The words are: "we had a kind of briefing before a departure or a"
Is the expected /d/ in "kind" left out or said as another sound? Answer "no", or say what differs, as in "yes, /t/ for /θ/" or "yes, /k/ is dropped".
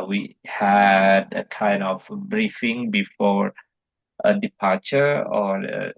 yes, /d/ is dropped